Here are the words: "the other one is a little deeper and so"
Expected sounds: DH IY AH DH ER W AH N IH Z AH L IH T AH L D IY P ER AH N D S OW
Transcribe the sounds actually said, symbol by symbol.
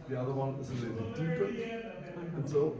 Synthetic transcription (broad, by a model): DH IY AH DH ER W AH N IH Z AH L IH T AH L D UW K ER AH N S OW